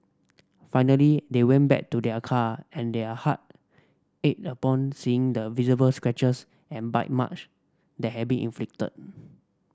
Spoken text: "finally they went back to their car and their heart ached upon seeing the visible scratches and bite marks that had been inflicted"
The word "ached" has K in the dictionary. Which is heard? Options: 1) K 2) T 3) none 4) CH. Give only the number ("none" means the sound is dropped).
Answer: 3